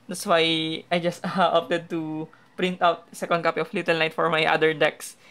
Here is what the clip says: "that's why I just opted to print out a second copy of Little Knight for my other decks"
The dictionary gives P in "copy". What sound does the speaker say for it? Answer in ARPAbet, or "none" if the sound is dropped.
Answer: P